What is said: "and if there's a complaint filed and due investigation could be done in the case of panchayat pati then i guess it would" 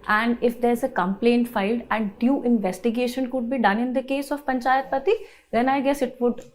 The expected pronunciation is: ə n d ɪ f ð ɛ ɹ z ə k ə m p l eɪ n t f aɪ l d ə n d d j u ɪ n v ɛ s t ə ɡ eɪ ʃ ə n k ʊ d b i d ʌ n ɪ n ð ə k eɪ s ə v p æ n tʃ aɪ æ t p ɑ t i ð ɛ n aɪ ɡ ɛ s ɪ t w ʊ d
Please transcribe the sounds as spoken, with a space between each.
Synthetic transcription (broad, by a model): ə n d ɪ f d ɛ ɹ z ə k ə m p l eɪ n t f aɪ l d ə n d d j u ɪ n v ɛ s t ə ɡ eɪ ʃ ə n k ʊ d b i d ʌ n ɪ n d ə k eɪ s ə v p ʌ n tʃ aɪ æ t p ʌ t i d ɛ n aɪ ɡ ɛ s ɪ t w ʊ d